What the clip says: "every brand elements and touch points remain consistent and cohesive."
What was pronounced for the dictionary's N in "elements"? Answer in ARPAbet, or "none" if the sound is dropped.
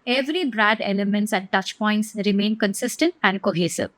N